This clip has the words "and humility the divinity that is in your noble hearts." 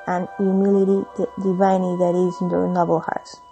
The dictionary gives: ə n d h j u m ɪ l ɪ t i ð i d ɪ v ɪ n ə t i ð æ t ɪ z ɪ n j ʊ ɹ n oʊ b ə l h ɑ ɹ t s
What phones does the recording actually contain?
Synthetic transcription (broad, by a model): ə n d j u m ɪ l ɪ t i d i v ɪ ɪ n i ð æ t ɪ z ɪ n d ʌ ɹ n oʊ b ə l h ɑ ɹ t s